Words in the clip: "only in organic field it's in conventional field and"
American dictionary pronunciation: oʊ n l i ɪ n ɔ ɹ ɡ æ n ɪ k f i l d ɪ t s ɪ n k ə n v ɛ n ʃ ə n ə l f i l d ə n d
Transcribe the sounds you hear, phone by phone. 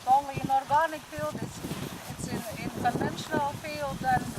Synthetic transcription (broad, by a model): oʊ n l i n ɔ ɹ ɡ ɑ n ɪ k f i l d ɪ s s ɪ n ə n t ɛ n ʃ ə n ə l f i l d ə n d